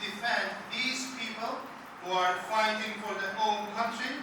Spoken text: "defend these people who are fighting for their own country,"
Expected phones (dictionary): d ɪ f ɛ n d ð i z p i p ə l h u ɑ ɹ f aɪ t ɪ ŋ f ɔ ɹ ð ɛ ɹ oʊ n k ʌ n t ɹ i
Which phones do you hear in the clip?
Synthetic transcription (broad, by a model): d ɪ f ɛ n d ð i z p i p ə l h u ɑ ɹ f aɪ t ɪ ŋ f ɔ ɹ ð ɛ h oʊ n k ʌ n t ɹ i